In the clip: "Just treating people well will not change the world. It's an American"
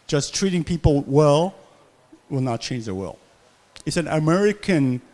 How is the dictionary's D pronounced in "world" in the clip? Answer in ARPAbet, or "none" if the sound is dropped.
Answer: none